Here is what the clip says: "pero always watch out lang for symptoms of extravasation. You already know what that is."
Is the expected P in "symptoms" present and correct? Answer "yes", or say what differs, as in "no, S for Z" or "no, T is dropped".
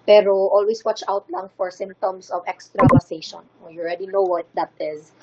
no, P is dropped